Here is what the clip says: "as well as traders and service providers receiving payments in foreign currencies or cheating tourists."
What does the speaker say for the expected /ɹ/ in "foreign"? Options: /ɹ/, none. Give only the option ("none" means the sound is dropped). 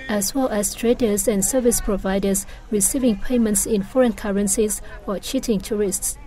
/ɹ/